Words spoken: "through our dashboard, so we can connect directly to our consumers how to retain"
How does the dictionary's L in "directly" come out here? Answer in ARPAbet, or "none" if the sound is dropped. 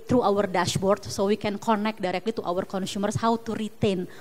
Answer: L